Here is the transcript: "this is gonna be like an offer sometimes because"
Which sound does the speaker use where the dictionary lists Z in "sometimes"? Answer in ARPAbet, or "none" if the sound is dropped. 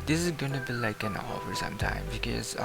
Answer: none